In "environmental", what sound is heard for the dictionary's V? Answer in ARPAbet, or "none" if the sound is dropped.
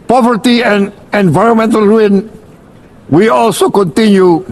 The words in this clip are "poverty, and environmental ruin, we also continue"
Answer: V